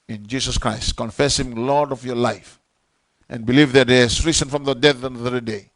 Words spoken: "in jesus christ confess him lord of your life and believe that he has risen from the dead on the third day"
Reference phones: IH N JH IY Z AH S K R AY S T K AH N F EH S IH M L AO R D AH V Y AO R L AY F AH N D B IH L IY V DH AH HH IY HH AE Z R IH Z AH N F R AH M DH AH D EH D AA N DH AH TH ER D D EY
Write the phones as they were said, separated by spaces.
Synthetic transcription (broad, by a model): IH N JH IY S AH S K R AY S T K AH N F EH S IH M L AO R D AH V Y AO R L AY F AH N B IH L IY V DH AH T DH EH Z R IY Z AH N F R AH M DH AH D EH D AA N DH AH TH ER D D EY